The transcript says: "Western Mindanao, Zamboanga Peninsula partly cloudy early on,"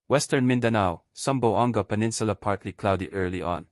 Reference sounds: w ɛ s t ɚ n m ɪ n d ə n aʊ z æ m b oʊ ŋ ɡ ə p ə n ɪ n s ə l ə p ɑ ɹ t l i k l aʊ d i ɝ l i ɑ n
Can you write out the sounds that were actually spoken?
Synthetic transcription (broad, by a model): w ɛ s t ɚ n m ɪ n d ə n aʊ s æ m b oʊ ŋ ɡ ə p ə n ɪ n s ə l ə p ɑ ɹ t l i k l aʊ d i ɝ l i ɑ n